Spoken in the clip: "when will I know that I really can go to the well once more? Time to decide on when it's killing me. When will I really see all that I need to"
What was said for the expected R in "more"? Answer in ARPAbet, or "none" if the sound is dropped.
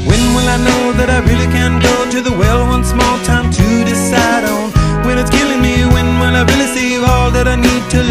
L